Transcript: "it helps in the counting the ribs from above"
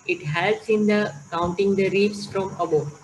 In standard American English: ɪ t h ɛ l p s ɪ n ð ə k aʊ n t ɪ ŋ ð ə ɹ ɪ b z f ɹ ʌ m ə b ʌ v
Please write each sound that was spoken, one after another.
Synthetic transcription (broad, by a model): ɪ t h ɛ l s ɪ n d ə k aʊ n t ɪ ŋ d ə ɹ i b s f ɹ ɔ m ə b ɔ